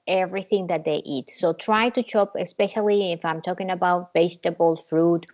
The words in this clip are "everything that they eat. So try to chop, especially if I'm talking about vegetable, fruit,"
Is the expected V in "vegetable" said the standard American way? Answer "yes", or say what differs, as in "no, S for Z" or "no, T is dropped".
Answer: no, B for V